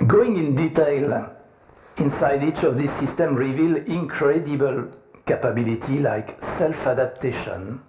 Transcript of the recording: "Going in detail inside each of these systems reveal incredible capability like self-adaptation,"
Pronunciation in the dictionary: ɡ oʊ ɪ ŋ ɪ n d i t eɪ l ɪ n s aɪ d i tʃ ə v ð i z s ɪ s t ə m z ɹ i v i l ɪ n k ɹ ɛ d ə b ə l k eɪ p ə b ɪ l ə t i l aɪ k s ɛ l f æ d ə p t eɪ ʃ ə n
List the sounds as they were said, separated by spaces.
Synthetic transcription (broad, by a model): ɡ oʊ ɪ ŋ ɪ n d i t eɪ l ɪ n s aɪ d i tʃ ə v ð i s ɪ s t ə m ɹ i v i l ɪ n k ɹ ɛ d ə b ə l k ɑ p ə b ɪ l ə t i l aɪ k s ɛ l f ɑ d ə p t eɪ ʃ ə n